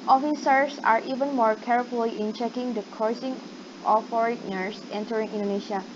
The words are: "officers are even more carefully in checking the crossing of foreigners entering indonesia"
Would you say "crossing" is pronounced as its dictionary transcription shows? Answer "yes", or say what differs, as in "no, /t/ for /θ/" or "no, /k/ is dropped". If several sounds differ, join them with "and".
no, /ɹ/ is dropped